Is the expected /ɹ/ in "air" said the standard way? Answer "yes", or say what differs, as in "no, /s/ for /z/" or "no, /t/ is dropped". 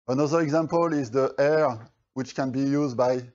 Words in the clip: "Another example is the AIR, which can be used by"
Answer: yes